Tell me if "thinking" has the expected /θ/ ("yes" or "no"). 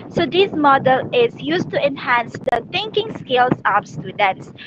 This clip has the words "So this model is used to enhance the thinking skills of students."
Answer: no